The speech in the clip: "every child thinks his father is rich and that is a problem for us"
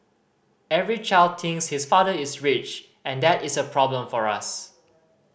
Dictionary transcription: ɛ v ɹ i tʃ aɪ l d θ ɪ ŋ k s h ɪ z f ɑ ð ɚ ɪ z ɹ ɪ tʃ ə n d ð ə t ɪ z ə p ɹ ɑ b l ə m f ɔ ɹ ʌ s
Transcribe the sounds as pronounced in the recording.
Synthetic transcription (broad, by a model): ɛ v ɹ i tʃ aɪ l d t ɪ ŋ s h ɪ s f ɑ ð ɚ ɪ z ɹ ɪ tʃ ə n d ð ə t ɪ s ə p ɹ ɑ b l ə m f ɔ ɹ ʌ s